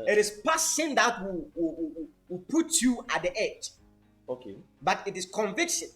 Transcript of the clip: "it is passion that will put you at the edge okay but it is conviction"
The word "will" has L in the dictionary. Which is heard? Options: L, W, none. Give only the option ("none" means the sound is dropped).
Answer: W